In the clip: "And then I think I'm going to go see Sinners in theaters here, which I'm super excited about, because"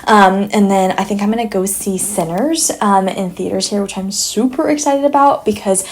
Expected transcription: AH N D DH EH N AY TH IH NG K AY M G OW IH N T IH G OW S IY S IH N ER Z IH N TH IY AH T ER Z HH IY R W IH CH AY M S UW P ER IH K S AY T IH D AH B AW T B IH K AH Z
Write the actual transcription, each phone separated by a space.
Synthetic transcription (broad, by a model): AH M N DH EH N AY TH IH NG K AY M G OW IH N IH G OW S IY S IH N ER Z IH N TH IY AH T ER Z HH IY R W IH CH AY M S UW P ER IH K S AY T IH D AH B AW T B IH K AH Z